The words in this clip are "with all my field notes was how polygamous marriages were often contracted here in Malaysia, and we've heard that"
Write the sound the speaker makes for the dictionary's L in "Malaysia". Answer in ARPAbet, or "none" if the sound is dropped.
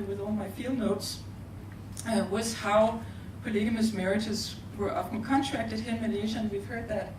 N